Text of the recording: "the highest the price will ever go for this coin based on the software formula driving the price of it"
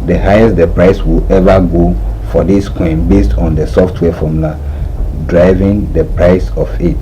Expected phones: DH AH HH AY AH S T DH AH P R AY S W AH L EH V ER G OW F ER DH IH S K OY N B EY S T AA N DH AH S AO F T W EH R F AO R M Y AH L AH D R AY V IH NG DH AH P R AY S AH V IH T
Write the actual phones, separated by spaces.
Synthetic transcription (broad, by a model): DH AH HH AY AH S T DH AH P R AY S W AH L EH V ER G OW F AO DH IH S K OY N B EY S T AA N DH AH S AO F T W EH F AO M L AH D R AY V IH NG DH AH P R AY S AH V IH T